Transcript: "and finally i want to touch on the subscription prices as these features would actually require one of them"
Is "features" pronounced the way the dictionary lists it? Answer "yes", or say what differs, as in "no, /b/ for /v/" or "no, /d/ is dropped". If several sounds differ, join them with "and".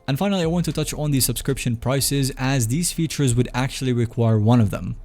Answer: yes